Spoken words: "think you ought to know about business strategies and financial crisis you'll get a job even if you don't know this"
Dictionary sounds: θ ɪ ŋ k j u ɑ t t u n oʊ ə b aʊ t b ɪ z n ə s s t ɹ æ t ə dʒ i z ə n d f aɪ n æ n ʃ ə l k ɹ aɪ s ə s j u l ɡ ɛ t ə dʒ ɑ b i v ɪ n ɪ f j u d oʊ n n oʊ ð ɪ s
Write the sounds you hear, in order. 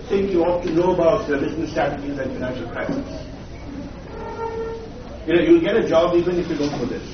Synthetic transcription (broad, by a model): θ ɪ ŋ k j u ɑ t t u n oʊ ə b aʊ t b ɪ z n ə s s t æ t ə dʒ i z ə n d f aɪ n æ n ʃ ə l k ɹ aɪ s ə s j u l ɡ ɛ t ə dʒ ɑ b i v ɪ n ɪ f j u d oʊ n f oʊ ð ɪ s